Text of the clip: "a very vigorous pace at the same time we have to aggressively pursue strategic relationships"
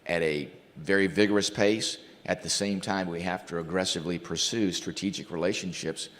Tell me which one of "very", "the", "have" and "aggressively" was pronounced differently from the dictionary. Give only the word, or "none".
have